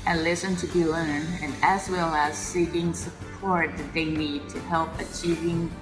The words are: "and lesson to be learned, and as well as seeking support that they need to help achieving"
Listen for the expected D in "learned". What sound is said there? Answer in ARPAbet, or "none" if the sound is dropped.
none